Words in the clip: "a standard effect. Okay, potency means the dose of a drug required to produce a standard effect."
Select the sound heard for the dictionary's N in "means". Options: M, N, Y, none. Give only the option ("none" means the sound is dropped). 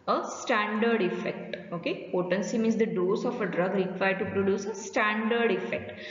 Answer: none